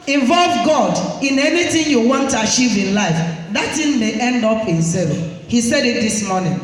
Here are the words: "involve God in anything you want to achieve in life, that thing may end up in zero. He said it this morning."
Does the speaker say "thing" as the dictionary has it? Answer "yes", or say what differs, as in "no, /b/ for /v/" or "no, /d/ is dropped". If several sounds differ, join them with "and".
no, /t/ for /θ/